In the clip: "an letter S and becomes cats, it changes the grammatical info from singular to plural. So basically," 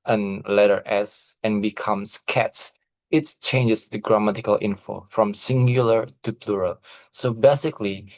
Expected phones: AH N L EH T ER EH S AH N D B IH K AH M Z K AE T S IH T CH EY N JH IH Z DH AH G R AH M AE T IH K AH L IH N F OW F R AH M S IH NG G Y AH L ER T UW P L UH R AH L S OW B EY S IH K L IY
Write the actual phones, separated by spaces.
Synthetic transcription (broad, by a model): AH N L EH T ER EH S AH N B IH K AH M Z K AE T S IH T CH EY N JH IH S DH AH G R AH M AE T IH K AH L IH N F OW F R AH M S IH NG G Y AH L ER T UW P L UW R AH L S OW B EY S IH K L IY